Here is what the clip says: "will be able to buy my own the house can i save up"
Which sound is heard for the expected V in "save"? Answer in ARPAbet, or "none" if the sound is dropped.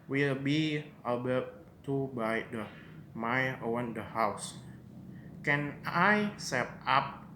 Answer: P